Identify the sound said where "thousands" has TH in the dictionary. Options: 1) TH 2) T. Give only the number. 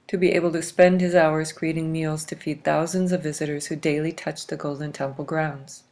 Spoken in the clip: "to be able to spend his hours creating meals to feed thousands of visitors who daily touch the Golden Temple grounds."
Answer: 1